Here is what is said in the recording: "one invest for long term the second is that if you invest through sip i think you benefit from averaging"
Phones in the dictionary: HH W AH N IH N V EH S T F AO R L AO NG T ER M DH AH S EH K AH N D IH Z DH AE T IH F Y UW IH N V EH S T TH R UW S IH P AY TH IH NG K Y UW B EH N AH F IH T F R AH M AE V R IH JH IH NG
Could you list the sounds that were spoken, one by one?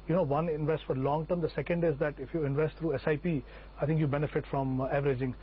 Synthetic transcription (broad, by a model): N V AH N IH N V EH S T F AO R L AO NG T ER M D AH S EH K AH N D IH Z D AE T IH F Y UW IH N V EH S T T R UW S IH P AY T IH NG K Y UW B EH N AH F IH T F R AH M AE V R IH JH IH NG